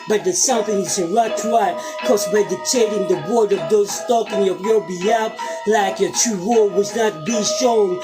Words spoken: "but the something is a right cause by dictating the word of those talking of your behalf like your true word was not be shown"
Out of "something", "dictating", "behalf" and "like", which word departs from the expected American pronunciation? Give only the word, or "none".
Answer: behalf